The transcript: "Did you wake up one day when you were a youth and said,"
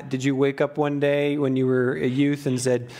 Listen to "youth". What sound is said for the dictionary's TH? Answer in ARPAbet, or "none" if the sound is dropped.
TH